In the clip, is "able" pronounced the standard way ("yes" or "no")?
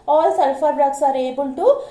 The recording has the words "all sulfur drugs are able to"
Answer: no